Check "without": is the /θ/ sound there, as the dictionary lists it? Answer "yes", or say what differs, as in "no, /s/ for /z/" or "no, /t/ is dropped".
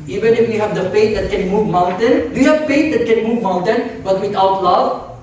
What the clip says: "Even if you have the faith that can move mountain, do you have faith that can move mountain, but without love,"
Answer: no, /t/ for /θ/